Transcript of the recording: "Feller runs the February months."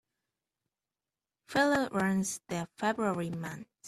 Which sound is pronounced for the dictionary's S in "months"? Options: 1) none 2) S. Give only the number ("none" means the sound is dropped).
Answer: 1